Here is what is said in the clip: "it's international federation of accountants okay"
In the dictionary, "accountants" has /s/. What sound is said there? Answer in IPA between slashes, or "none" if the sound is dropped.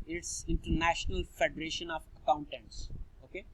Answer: /s/